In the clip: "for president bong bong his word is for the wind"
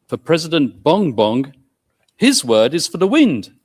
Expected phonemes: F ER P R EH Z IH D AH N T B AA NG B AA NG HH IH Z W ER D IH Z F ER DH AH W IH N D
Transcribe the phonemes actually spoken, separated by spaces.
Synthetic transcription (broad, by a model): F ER P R EH Z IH D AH N B AA NG B AA NG HH IH Z W ER D IH Z F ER DH AH W IH N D